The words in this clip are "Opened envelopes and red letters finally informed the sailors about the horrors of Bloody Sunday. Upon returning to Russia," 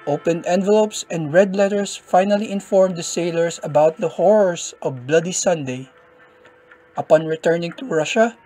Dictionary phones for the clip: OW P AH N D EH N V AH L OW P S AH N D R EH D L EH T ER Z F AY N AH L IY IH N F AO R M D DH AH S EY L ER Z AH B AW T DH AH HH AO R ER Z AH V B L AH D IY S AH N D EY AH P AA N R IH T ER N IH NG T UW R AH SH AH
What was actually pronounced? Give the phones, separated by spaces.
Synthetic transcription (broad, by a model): OW P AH N D EH N V AH L OW P S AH N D R EH D L EH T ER S F AY N AH L IY IH N F AO R M D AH S EY L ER S AH B AW T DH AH HH AO R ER S AH V B L AH D IY S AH N D EY AH P AA N R IH T ER N IH NG T UW R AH SH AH